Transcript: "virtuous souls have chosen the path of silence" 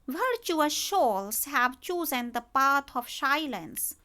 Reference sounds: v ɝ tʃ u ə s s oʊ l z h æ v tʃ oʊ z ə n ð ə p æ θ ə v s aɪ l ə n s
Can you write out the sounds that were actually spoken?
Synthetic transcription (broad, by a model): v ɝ tʃ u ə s ʃ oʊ l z h æ v tʃ oʊ z ə n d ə p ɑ t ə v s aɪ l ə n s